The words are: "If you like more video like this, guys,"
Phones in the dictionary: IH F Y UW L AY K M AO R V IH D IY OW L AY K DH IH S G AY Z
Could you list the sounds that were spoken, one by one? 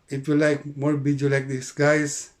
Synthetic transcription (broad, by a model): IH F Y UW L AY K M AO R B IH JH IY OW L AY K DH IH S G AY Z